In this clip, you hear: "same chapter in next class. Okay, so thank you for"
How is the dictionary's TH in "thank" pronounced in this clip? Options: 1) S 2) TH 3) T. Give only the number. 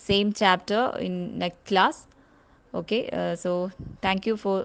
3